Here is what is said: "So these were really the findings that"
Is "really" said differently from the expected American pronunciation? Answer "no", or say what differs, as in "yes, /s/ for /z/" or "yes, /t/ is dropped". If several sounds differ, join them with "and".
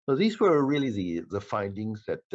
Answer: yes, /l/ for /ɹ/